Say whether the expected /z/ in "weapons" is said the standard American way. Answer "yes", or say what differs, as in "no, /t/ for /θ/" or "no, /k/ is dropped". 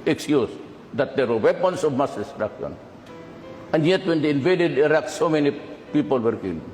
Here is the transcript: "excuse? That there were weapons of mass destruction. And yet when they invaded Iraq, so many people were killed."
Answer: no, /s/ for /z/